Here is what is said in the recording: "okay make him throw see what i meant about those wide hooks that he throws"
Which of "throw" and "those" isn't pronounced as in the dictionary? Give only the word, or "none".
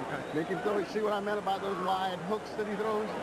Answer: throw